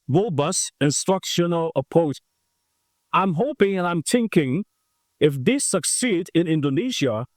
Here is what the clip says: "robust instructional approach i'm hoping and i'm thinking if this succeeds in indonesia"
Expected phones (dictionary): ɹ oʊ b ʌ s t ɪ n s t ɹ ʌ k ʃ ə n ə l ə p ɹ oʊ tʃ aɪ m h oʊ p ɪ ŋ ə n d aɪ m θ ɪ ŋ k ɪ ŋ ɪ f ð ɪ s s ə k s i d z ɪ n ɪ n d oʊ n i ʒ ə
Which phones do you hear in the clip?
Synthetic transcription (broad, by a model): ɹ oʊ b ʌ s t ɪ n s t ɹ ʌ k ʃ ə n ə l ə p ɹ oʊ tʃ aɪ m h oʊ p ɪ ŋ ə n aɪ m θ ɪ ŋ k ɪ ŋ ɪ f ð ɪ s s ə k s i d ɪ n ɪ n d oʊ n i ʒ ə